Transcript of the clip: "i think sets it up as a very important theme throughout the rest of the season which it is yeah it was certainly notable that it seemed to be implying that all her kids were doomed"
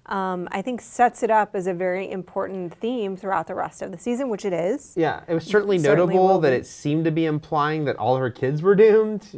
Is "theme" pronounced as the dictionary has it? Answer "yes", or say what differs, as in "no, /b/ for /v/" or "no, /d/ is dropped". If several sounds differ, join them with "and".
yes